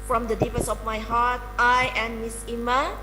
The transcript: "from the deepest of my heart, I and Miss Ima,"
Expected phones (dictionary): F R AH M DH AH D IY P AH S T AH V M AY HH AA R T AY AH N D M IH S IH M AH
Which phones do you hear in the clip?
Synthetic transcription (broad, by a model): F R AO M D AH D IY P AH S AH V M AY HH AA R T AY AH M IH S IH M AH